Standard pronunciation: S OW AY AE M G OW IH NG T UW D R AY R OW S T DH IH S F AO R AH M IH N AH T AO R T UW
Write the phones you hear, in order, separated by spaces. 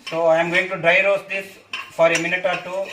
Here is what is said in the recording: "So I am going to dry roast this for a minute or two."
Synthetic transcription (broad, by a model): S OW AY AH M G OW IH NG T UW D R AY R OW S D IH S F AO R AH M IH N AH T AO R T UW